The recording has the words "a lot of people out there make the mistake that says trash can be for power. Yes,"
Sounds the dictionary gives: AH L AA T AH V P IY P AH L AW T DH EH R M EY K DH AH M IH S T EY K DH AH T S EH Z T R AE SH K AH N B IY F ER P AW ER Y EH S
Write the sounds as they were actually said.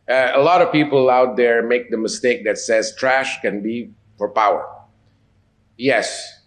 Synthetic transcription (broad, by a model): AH L AA T AH V P IY P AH L AW T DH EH R M EY K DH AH M IH S T EY K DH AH T S EH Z T R AE SH K AH N B IY F ER P AW ER Y EH S